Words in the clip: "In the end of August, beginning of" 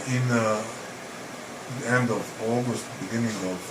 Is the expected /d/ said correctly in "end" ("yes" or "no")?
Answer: yes